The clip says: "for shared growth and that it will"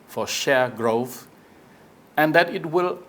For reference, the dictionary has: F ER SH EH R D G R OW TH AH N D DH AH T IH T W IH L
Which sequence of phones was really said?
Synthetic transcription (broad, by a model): F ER SH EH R G R OW TH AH N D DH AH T IH T W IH L